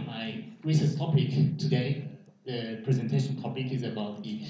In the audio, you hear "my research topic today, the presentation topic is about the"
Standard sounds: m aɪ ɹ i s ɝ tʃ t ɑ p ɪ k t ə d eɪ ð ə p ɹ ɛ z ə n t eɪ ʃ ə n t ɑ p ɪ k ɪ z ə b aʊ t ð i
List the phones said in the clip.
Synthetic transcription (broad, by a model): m aɪ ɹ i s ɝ s t ɑ p ɪ k t ə d eɪ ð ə p ɹ ɛ z ə n t eɪ ʃ ə n t ɑ p ɪ k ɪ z ə b aʊ t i